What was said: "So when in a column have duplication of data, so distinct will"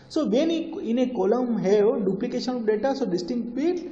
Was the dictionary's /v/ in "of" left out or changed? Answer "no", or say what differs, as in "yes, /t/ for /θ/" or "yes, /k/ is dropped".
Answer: yes, /p/ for /v/